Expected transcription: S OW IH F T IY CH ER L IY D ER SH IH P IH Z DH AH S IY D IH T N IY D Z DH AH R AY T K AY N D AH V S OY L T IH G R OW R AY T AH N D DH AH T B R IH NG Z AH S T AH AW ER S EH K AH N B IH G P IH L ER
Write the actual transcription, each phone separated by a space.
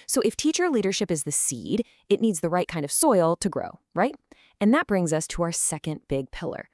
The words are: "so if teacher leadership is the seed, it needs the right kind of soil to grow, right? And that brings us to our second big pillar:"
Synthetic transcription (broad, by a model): S OW IH F T IY CH ER L IY D ER SH IH P IH Z DH AH S IY D IH T N IY D Z DH AH R AY T K AY N D AH V S OY L T IH G R OW R AY T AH N DH AH T B R IH NG Z AH S T AH AW ER S EH K AH N B IH G P IH L ER